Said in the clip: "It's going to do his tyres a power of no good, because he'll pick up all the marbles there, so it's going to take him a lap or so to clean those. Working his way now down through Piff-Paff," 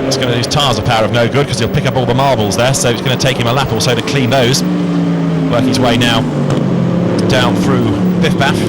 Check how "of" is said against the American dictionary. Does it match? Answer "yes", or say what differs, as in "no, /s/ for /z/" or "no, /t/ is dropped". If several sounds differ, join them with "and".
yes